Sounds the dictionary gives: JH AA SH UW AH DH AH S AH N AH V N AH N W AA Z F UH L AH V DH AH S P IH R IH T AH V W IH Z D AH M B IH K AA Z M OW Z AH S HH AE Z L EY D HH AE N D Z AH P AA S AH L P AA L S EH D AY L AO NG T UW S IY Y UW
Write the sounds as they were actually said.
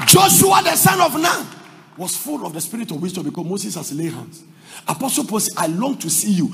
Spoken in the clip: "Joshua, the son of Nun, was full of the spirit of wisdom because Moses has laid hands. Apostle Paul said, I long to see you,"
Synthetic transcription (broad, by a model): JH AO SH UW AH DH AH S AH N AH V N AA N W AA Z F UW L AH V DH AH S P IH R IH T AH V W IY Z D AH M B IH K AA M OW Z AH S HH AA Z L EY HH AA N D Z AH P AA S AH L P AA L S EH AY L AO NG T UW S IY Y UW